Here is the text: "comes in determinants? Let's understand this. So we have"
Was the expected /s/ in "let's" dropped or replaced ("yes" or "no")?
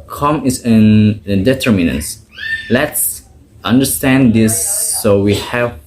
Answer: no